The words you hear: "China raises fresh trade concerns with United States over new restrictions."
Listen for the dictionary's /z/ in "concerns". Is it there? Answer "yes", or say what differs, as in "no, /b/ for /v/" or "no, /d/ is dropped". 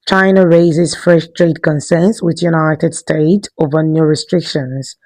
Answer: no, /s/ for /z/